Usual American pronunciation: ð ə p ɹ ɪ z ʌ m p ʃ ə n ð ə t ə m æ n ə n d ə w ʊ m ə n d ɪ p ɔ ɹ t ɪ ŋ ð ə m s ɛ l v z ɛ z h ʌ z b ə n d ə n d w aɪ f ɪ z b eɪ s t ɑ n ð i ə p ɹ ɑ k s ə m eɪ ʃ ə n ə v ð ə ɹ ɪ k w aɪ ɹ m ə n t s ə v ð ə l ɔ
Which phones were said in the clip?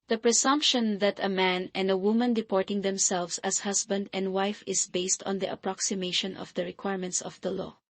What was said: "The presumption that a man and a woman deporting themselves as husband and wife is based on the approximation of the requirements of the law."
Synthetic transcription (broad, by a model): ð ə p ɹ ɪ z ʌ m p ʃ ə n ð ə t ə m æ n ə n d ə w ʊ m ə n d ɪ p ɔ ɹ t ɪ ŋ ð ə m s ɛ l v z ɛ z h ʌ s b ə n d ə n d w aɪ f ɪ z b eɪ s t ɑ n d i ə p ɹ ɑ k s ə m eɪ ʃ ə n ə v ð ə ɹ ɪ k w aɪ ɹ m ə n t s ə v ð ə l ɔ